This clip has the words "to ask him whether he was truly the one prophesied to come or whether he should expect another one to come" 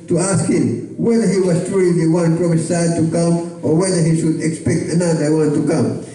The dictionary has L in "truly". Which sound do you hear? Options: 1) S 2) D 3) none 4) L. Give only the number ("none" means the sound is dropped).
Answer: 3